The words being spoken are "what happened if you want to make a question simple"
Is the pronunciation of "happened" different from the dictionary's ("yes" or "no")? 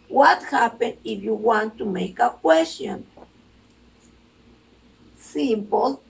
yes